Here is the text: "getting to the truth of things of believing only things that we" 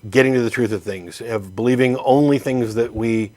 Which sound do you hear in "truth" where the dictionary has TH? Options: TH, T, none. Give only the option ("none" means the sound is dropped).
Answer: TH